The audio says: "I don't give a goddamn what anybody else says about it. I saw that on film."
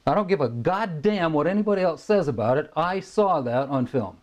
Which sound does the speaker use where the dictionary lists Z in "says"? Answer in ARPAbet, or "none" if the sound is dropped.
Z